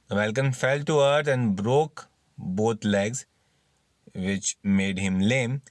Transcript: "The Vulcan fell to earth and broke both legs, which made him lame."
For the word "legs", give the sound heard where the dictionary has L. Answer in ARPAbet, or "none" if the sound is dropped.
L